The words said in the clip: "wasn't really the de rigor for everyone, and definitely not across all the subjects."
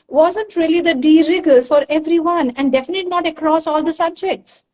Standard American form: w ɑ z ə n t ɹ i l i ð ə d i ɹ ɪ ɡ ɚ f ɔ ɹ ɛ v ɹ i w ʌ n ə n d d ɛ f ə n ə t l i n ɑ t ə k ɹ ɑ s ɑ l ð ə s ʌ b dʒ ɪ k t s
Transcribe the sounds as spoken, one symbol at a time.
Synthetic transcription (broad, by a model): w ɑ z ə n t ɹ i l i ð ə d i ɹ ɪ ɡ ɚ f ɔ ɹ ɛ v ɹ i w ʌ n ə n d d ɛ f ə n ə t i n ɑ t ə k ɹ ɑ s ɑ l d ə s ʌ b dʒ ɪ k t s